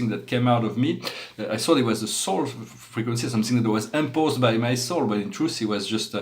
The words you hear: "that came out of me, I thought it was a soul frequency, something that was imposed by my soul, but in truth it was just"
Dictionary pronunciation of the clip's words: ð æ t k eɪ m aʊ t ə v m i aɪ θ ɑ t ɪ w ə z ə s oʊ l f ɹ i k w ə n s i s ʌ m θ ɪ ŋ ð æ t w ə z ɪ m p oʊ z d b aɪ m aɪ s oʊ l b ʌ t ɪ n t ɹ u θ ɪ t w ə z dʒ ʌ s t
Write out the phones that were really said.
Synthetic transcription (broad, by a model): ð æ t k eɪ m aʊ t ə v m i aɪ s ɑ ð ɪ w ə z ə s oʊ l f ɹ i k w ə n s i s ʌ m θ ɪ ŋ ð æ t w ə z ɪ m p oʊ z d b aɪ m aɪ s oʊ l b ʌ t ɪ n t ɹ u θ ɪ t w ə z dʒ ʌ s t